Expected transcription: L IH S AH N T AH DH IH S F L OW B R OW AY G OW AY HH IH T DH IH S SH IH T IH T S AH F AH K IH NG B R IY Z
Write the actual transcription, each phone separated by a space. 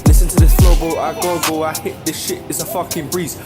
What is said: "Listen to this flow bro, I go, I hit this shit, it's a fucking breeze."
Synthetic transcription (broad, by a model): L IH S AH N T AH DH IH S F OW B OW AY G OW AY HH IH T DH IH S SH IH T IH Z AH F AH K IH NG B R IY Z